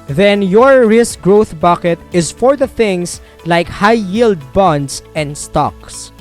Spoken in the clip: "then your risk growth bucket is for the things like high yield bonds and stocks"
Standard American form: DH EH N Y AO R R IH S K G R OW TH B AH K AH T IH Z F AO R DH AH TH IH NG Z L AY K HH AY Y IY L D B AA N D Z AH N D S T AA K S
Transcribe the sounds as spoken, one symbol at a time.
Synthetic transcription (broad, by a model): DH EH N Y AO R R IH S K G R OW TH B AH K AH T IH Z F AO R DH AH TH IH NG S L AY K HH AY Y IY L D B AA N D S AH N D S T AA K S